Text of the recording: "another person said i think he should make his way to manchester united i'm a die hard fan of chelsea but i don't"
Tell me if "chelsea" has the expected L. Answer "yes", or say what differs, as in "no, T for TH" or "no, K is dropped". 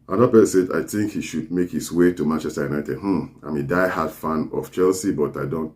yes